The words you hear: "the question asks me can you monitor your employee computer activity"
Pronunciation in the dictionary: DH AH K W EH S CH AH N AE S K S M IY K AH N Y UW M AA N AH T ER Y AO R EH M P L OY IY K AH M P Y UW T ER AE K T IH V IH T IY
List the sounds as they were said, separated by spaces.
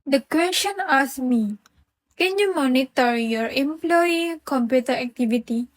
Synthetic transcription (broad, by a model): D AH K W EH S CH AH N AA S S M IY K AH N Y UW M AA N AH T ER Y AO R EH M P L OY IY K AH M P Y UW T ER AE K T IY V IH T IY